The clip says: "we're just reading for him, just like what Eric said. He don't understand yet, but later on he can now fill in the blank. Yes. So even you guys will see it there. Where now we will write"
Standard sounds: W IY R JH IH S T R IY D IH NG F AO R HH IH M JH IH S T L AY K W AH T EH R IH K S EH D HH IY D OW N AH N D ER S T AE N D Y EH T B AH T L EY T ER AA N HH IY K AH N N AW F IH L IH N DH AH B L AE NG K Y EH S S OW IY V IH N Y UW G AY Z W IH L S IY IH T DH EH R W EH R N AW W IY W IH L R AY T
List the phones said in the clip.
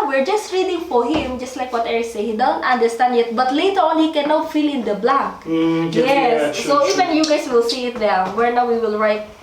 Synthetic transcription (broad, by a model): W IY R JH IH S T R IY D IH NG F AO R HH IH M JH IH S T L AY K W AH T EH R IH S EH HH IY D OW N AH N D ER S T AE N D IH T B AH T L EY T ER AA N HH IY K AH N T F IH L IH N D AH B L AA K Y EH S S OW IY V IH N Y UW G AY S W IH L S IY IH T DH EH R W EH R N AW W IY W IH L R AY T